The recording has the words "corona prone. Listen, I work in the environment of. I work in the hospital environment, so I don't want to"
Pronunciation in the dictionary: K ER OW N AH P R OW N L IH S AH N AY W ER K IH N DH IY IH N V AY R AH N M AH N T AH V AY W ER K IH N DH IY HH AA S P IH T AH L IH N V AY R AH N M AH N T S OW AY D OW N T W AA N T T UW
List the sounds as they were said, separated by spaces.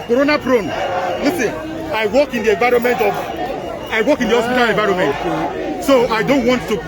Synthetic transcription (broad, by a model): K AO OW N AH P R OW N L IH S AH N AY W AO K IH N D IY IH V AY R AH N M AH N T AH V AY W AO K IH N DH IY HH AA S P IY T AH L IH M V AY R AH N M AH N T S OW AY D OW N T W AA N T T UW